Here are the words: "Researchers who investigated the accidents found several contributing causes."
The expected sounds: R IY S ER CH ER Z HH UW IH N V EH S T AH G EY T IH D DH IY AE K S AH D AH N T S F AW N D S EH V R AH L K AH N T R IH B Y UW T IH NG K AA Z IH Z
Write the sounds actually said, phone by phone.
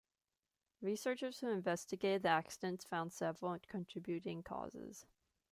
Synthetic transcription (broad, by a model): R IY S ER CH ER Z HH UW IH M V EH S T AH G EY T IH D DH IY AE K S AH D AH N T S F AW N D S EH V L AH N K AH N T R IH B Y UW T IH NG K AA Z IH Z